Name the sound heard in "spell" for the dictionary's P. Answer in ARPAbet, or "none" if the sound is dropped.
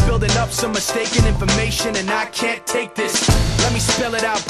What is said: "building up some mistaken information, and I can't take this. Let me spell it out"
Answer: P